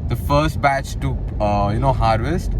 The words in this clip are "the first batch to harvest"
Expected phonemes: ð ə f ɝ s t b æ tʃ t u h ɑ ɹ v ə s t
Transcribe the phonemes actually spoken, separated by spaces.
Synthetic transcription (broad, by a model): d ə f ɝ s t b æ tʃ t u h ɑ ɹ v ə s t